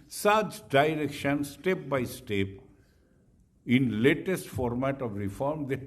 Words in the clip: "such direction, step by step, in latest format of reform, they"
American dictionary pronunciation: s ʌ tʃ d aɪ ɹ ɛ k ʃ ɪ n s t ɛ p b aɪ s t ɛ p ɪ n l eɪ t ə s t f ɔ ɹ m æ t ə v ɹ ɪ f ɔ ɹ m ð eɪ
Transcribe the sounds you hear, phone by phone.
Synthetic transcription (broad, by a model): s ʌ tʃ d aɪ ɹ ɛ k ʃ ɪ n s t ɛ p b aɪ s t ɛ p ɪ n l eɪ t ə s t f ɔ ɹ m æ t ə v ɹ ɪ f ɔ ɹ m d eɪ